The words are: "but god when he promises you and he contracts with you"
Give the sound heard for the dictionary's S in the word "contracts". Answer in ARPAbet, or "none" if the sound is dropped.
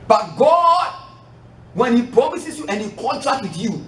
none